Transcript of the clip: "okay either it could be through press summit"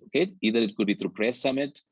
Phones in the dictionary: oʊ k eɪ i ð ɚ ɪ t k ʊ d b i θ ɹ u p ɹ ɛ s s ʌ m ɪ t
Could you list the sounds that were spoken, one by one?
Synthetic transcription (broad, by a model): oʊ k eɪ i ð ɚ ɪ t k ʊ d b i t ɹ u p ɹ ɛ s s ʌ m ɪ t